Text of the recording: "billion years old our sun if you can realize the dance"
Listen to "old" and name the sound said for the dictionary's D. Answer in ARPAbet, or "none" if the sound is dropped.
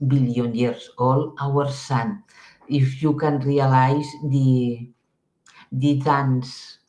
none